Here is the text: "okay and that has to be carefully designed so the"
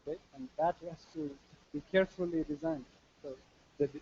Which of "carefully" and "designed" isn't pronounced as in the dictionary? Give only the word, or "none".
none